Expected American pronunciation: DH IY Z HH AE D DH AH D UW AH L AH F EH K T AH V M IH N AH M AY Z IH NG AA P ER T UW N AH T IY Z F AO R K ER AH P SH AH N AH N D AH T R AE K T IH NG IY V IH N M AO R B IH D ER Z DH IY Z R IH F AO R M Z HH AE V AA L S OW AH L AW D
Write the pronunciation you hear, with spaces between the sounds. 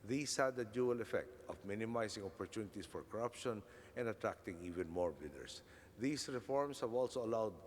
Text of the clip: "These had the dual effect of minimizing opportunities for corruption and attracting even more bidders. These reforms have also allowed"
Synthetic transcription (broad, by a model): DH IY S HH AE D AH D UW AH L AH F EH K T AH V M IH N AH M AY S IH NG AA P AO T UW N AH T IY S F AO R K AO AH P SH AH N AH N D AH T R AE K T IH NG IY V IH N M AO R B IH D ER S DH IY S R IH F AO R M S HH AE V AA L S OW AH L AW D